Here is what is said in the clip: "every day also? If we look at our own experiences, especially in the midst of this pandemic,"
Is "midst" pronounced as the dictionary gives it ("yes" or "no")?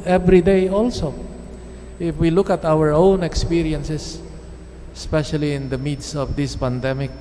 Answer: no